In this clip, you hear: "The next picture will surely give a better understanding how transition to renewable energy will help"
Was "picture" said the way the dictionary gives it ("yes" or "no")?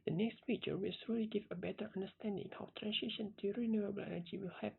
no